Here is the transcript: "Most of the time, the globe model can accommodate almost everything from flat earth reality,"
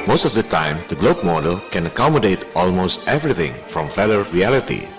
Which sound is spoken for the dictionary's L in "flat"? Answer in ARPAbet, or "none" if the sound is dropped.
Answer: none